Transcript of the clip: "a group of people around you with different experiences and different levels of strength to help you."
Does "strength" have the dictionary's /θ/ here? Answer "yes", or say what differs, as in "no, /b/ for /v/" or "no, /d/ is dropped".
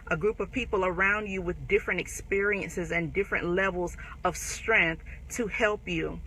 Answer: yes